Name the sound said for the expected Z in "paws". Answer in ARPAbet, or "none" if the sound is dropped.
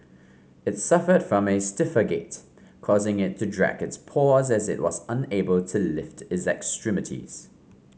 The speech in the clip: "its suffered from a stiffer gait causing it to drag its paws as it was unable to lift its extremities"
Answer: Z